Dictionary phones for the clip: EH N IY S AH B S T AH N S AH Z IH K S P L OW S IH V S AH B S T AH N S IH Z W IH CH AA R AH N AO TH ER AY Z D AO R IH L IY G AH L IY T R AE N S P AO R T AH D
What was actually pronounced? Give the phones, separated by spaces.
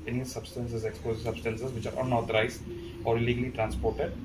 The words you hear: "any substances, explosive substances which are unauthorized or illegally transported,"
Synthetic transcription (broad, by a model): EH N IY S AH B S T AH N S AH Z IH K S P OW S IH S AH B S T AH N S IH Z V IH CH AA R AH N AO T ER AY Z AO R IH L IY G AH L IY T R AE N S P AO R T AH D